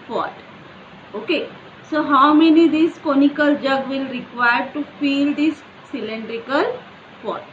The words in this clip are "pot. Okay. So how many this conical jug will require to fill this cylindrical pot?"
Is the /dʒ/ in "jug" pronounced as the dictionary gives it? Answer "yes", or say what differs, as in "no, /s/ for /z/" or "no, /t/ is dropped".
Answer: yes